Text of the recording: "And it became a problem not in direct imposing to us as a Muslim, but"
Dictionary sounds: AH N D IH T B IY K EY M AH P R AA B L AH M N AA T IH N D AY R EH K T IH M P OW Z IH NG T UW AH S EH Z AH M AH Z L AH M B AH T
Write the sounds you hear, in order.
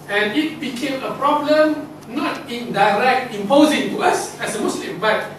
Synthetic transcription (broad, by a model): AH N IH T B IY K EY M AH P R AA B L AH M N AA T IH N D AY R EH K T IH M P OW Z IH NG T UW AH S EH S AH M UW S L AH M B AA T